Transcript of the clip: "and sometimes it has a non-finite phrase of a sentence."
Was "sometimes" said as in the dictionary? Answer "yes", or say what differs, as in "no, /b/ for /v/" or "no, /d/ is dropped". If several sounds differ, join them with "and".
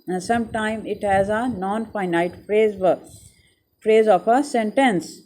no, /z/ is dropped